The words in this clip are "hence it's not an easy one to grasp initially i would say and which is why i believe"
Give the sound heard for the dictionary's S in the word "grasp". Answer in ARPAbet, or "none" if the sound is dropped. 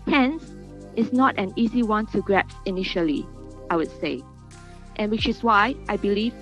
none